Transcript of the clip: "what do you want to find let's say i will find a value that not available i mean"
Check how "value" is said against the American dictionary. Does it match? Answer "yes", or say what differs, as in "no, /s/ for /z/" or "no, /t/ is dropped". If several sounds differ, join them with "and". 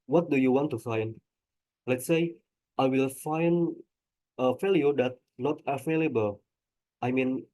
no, /f/ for /v/